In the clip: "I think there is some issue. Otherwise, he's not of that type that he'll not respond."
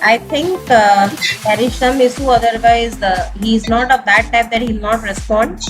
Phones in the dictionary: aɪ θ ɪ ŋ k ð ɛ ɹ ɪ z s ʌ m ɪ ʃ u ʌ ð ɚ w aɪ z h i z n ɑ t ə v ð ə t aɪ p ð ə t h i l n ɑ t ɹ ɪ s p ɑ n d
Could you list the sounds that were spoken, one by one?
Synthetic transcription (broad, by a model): aɪ t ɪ ŋ k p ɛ ɹ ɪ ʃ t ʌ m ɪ s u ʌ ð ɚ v aɪ z h i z n ɑ t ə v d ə t aɪ p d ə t h i l n ɑ t ɹ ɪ s p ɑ n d